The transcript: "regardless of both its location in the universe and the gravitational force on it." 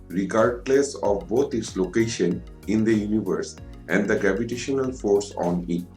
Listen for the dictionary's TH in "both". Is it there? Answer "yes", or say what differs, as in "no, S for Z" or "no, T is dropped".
no, T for TH